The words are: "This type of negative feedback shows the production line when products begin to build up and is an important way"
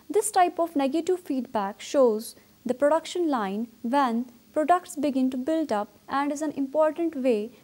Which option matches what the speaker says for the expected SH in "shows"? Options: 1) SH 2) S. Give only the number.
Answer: 1